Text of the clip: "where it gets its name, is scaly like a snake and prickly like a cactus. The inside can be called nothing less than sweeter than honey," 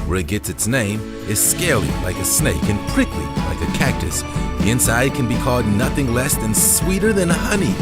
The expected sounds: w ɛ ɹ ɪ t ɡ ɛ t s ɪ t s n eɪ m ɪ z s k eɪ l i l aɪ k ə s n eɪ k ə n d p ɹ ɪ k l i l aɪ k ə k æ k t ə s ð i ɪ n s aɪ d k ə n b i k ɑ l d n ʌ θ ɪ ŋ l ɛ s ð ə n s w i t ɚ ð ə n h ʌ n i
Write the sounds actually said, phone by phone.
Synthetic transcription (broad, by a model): w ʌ ɹ ɪ t ɡ ɛ t s ɪ t s n eɪ m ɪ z s k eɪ l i l aɪ k ə s n eɪ k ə n p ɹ ɪ k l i l aɪ k ə k æ k t ə s ð i ɪ n s aɪ d k ə n b i k ɑ l d n ʌ θ ɪ ŋ l ɛ s ð ə n s w i t ɚ ð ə n h ʌ n i